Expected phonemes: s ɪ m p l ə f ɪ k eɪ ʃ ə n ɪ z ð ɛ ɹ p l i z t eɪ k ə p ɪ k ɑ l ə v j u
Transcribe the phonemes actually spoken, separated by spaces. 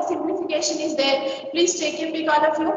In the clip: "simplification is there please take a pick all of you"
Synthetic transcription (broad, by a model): s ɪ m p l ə f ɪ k eɪ ʃ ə n ɪ z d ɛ ɹ p l i z t eɪ k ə b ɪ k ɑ n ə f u